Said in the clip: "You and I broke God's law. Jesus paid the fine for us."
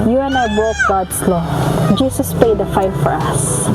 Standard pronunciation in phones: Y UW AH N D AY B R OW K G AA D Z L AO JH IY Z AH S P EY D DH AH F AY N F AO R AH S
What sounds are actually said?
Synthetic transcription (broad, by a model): Y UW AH N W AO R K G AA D S L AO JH IY S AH S P EY D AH F AY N F AO R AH S